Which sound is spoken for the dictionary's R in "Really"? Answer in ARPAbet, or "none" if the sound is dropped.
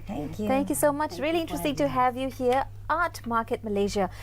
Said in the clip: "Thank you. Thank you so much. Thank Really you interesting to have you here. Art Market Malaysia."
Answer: R